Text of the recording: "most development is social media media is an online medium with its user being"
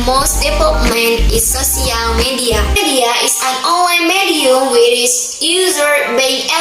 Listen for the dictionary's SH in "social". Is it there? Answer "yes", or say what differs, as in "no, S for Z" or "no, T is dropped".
no, S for SH